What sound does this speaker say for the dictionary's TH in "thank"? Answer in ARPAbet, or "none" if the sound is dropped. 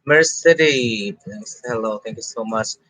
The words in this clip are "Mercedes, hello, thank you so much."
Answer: T